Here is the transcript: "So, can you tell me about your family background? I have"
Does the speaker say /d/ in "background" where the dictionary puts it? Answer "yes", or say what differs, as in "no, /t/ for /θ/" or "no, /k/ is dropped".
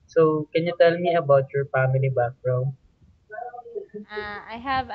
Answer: no, /d/ is dropped